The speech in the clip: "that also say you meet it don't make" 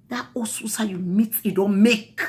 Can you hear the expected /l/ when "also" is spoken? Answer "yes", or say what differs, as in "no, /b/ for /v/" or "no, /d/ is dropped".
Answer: no, /l/ is dropped